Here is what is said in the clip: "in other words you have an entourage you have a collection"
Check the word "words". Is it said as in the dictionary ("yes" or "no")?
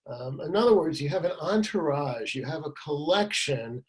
yes